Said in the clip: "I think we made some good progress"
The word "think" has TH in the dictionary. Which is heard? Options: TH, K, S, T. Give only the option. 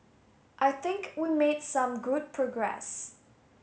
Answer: TH